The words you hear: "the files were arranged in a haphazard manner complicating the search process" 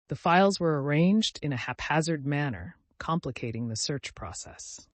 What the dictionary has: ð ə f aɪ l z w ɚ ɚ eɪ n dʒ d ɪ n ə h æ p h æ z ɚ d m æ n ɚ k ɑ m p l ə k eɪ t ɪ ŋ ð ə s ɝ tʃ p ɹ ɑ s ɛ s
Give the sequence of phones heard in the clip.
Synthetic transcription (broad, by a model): ð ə f aɪ l z w ɚ ɚ eɪ n dʒ d ɪ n ə h æ p h æ z ɚ d m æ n ɚ k ɑ m p l ə k eɪ t ɪ ŋ ð ə s ɝ tʃ p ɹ ɑ s ɛ s